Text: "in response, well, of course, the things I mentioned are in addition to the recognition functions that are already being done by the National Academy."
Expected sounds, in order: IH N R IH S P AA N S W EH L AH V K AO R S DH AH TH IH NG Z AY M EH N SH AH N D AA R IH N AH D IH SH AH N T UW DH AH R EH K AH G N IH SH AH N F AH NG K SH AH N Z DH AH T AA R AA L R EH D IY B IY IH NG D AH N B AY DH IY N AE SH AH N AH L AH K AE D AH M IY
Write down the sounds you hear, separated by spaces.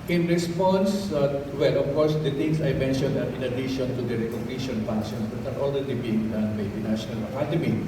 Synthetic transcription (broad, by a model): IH N R IH S P AA N S W EH L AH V K AO R S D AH T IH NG S AY M EH N SH AH N D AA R IH N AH D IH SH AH N T UW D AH R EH K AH G N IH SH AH N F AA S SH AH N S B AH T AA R AA L R EH D IY B IY IH NG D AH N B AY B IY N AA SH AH N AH L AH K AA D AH M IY